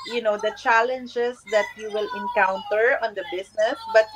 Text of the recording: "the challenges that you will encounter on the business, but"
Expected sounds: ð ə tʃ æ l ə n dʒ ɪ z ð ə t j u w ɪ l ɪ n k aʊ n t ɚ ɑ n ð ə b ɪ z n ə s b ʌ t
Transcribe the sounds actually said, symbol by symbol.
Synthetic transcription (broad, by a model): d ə tʃ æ l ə n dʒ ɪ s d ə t j u w ɪ l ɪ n k aʊ n t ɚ ɑ n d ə b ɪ s n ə s b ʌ t